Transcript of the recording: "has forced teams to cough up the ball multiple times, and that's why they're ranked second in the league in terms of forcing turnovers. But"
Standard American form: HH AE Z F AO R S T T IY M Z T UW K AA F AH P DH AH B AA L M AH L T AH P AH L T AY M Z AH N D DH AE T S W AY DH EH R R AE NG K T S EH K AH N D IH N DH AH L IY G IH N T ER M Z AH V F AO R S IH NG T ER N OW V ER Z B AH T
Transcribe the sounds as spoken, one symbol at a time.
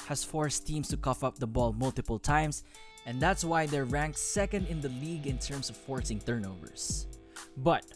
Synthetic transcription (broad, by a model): HH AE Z F AO R S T T IY M S T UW K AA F AH P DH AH B AA L M AH L T AH P AH L T AY M S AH N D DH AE T S W AY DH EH R R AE NG K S S EH K AH N D IH N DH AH L IY G IH N T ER M S AH V F AO R S IH NG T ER N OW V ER S B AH T